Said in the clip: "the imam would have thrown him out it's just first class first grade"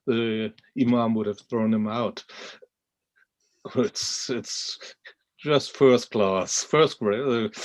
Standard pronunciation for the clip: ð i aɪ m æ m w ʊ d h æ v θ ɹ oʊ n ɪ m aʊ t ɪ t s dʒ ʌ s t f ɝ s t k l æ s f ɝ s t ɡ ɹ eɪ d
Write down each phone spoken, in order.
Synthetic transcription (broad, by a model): ð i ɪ m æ m w ʊ d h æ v θ ɹ oʊ n ɪ m aʊ t ɪ t s dʒ ʌ s t f ɝ s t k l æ s f ɝ s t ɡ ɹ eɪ